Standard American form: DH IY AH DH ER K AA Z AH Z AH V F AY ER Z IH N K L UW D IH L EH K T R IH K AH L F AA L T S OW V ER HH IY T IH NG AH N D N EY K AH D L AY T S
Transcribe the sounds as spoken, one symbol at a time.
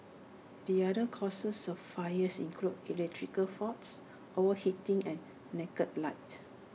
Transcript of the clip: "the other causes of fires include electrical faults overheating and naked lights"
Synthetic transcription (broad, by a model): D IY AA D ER K AA S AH S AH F AY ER S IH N K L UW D IH L EH K T R IH K AH L F AA T S OW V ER HH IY T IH NG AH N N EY K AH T L AY T